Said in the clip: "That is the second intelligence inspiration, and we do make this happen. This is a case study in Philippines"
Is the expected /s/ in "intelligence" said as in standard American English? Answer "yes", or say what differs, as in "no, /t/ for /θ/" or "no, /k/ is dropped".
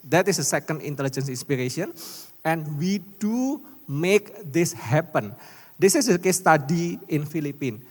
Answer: yes